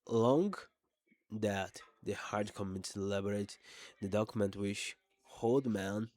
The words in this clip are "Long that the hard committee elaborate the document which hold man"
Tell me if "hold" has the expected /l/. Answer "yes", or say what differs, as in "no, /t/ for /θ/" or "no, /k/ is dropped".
yes